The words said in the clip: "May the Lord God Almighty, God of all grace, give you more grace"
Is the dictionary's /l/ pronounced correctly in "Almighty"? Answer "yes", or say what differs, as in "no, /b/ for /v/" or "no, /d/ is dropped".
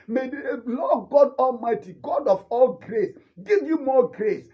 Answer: yes